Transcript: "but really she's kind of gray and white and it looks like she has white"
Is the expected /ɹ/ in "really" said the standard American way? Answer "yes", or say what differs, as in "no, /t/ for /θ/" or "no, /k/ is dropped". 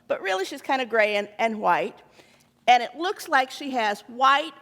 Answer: yes